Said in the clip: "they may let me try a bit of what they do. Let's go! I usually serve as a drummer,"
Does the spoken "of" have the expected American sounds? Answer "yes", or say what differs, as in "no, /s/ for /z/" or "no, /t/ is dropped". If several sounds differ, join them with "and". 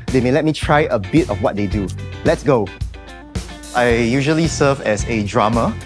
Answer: no, /f/ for /v/